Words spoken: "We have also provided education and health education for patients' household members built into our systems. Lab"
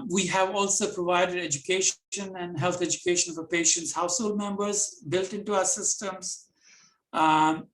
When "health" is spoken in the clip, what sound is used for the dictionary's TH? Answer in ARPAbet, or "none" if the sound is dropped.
T